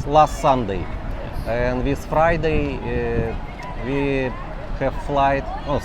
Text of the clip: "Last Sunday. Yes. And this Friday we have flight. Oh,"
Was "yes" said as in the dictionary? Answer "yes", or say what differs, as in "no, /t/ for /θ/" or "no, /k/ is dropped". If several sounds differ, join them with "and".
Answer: no, /s/ is dropped